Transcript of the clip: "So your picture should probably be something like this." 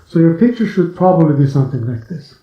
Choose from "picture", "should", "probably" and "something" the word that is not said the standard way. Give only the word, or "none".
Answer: none